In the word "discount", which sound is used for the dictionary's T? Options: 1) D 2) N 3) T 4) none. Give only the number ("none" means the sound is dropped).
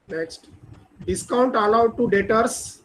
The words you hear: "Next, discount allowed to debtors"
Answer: 3